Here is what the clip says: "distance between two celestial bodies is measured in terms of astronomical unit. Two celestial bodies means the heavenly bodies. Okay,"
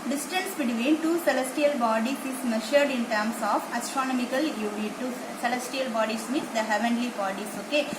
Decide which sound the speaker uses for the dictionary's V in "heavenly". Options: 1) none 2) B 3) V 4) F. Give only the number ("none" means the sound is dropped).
3